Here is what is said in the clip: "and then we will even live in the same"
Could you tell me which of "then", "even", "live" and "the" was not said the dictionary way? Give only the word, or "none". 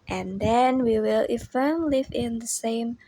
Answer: even